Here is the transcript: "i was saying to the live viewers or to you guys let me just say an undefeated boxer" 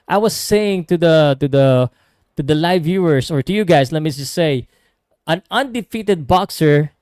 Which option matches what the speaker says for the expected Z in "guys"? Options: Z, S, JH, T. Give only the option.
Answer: S